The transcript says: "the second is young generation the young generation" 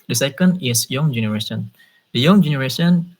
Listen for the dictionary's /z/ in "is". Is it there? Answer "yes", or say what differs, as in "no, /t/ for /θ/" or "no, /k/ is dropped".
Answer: no, /s/ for /z/